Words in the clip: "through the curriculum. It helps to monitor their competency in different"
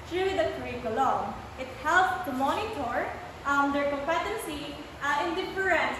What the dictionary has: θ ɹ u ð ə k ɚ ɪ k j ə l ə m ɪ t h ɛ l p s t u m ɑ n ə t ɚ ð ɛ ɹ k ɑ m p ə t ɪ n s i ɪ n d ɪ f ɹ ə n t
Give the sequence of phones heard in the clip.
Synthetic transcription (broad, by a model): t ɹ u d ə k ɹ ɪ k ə l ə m ɪ t h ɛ l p t u m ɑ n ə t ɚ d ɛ ɹ k ɑ m p ə t ɪ n s i ɪ n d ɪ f ɹ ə n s